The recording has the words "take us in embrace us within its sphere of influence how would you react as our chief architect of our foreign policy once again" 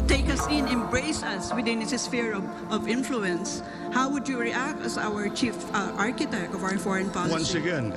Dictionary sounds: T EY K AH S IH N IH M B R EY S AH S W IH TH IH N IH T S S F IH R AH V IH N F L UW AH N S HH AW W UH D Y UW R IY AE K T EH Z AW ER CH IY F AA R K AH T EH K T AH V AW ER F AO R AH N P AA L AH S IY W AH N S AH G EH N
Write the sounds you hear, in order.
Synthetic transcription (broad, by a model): T EY K AH S IH N IH M B R EY S AH S W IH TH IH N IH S S F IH R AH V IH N F L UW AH N S HH AW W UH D Y UW R IY AE K T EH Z AW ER CH IY F AA R K AH T EH K T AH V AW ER F AO R AH N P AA AH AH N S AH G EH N